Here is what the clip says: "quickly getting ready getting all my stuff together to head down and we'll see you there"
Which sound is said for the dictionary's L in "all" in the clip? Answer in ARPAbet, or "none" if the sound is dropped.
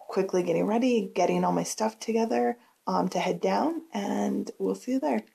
L